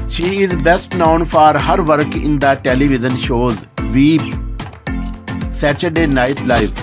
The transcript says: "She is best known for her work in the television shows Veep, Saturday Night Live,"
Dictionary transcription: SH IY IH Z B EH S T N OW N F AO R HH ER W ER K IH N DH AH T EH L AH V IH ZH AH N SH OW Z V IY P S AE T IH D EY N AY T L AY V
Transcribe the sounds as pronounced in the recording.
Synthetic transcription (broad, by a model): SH IY IH Z B EH S T N OW N F AO R HH ER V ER K IH N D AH T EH L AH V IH Z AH N SH OW Z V IY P S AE T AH D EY N AY T L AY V